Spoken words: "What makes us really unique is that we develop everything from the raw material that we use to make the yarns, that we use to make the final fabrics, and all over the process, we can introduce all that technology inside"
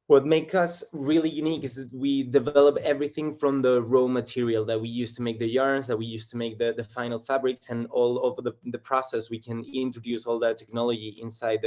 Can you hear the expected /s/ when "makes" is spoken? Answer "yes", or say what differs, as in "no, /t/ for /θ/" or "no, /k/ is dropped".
no, /s/ is dropped